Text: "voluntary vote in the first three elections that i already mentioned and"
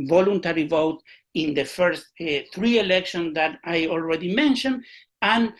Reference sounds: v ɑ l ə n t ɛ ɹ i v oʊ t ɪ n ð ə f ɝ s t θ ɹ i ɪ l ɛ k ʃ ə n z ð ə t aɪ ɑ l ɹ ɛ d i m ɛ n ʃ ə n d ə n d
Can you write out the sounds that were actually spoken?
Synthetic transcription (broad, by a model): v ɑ l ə n t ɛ ɹ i v oʊ t ɪ n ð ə f ɝ s t θ ɹ i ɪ l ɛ k ʃ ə n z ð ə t aɪ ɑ l ɹ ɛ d i m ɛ n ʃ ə n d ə n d